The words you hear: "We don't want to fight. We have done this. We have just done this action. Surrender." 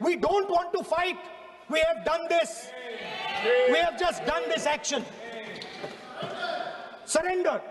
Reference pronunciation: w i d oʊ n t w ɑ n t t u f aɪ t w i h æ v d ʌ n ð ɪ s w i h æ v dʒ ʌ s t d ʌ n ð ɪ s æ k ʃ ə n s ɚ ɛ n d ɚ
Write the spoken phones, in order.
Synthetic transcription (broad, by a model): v i d oʊ n t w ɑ n t t u f aɪ t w i h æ v d ʌ n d ɪ s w i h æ v dʒ ʌ s t d ʌ n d ɪ s æ k ʃ ə n s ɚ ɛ n d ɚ